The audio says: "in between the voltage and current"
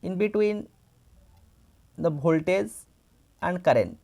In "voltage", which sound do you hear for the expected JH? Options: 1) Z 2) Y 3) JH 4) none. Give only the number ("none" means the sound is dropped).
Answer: 1